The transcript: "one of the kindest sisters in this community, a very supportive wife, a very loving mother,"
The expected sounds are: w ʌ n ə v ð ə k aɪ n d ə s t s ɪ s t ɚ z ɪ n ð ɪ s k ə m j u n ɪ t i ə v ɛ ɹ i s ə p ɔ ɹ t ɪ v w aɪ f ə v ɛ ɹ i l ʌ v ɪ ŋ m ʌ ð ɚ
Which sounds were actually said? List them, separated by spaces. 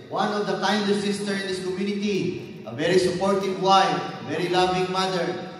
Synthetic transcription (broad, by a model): w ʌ n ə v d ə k aɪ n d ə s s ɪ s t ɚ ɪ n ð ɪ s k ə m j u n ɪ t i ə v ɛ ɹ i s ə p ɔ ɹ t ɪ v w aɪ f v ɛ ɹ i l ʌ v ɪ ŋ m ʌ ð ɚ